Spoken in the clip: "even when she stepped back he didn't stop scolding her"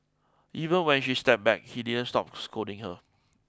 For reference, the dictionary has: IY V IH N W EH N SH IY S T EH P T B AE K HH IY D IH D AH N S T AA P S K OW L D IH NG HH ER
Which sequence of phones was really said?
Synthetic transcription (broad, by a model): IY V IH N W EH N SH IY S T EH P B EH K HH IY D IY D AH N S T AA P S K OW D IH NG HH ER